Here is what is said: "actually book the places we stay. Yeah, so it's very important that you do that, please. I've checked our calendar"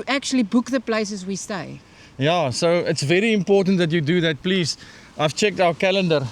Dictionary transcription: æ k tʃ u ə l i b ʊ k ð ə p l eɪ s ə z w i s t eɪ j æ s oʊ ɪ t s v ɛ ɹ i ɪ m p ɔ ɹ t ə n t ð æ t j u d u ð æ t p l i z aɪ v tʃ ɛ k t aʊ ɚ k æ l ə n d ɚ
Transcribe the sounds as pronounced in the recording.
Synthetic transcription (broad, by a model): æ k tʃ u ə l i b ʊ k ð ə p l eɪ s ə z w i s t eɪ j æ s oʊ ɪ t s v ɛ ɹ i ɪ m p ɔ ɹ t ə n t ð æ t j u d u ð æ t p l i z aɪ v tʃ ɛ k t aʊ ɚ k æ l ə n d ɚ